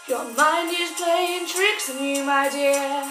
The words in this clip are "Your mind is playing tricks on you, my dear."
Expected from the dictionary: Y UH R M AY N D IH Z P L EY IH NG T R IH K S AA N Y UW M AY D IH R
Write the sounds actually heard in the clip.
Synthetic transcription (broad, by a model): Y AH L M AY N IH Z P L EY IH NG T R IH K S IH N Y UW M AY D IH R